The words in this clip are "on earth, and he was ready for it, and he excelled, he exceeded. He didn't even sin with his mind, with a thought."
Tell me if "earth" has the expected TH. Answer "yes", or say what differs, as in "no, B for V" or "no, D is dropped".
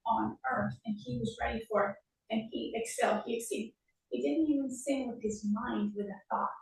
yes